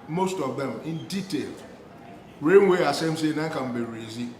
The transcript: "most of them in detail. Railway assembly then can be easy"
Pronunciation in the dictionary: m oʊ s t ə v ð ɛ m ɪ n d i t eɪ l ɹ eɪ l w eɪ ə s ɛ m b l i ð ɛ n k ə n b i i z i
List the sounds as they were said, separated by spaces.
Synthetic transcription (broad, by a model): m oʊ s t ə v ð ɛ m ɪ n d i t eɪ l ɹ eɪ n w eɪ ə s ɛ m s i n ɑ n k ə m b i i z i